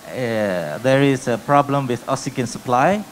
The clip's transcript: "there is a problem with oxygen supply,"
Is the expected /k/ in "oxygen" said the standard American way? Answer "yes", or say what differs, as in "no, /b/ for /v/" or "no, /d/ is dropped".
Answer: no, /k/ is dropped